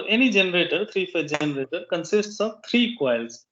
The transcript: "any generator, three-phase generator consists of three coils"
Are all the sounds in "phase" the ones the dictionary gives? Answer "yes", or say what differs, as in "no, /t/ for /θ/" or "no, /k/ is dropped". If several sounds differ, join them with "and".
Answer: no, /z/ is dropped